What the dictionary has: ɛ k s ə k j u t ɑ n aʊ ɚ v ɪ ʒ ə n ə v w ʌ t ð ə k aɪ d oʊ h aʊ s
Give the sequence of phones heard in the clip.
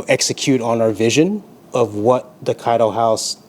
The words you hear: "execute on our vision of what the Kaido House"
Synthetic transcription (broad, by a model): ɛ k s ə k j u t n aʊ ɚ v ɪ ʒ ə n ə v w ʌ t ð ə k aɪ d oʊ h aʊ s